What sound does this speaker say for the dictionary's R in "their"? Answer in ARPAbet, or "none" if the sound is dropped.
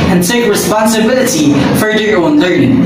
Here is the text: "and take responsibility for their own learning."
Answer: L